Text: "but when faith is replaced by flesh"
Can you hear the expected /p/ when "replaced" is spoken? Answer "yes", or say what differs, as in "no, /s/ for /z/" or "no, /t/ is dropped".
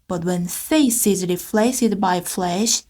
no, /f/ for /p/